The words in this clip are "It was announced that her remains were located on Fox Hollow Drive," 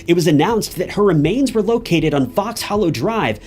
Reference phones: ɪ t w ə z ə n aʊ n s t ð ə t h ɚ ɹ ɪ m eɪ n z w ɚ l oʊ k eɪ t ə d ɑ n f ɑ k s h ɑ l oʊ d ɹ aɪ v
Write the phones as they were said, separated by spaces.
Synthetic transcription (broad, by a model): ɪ t w ə z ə n aʊ n s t ð ə t h ɚ ɹ ɪ m eɪ n z w ɚ l oʊ k eɪ t ə d n f ɑ k s h ɑ l oʊ d ɹ aɪ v